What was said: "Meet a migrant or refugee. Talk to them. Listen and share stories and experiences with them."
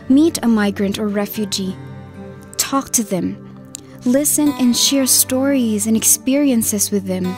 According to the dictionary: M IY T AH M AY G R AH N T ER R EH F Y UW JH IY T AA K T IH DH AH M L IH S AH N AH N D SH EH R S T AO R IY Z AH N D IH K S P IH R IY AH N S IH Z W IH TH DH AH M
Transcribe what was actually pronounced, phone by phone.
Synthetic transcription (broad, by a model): M IY T AH M AY G R AH N T ER R EH F Y UW JH IY T AA K T IH DH AH M L IH S AH N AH N SH EH R S T AO R IY Z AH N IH K S P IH R IY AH N S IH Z W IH DH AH M